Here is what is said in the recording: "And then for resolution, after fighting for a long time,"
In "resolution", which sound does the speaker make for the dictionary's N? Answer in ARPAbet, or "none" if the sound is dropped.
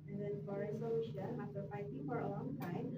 none